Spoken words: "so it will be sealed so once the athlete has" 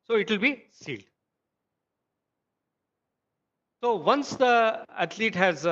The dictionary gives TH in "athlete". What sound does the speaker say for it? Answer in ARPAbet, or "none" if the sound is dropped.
T